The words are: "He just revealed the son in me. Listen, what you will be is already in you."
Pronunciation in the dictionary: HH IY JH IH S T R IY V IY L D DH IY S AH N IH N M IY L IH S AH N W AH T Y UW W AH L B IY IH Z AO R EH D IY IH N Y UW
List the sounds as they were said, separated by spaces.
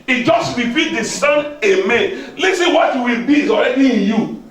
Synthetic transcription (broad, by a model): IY JH IH S T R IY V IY D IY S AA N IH M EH L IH S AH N W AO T Y UW W AH L B IY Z AO R EH D IY IH N Y UW